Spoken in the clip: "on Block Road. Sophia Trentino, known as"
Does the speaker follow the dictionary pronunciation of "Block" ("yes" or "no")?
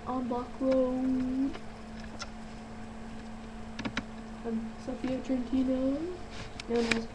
no